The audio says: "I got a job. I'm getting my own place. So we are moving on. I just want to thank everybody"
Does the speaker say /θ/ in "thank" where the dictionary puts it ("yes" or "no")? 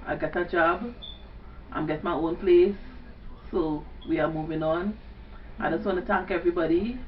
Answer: no